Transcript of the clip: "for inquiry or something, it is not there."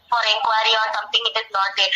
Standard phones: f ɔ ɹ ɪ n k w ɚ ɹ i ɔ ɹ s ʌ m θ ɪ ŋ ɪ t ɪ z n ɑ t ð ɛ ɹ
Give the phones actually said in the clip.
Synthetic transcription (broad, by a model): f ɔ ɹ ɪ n k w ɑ ɹ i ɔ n s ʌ m t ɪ ŋ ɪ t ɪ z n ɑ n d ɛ